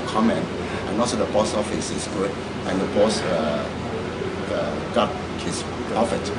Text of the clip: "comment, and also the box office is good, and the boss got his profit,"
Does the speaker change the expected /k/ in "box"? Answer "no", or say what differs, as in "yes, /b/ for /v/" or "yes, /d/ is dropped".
yes, /k/ is dropped